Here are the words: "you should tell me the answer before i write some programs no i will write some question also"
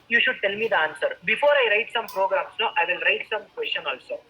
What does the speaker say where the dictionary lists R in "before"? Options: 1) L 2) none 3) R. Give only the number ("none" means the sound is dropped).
3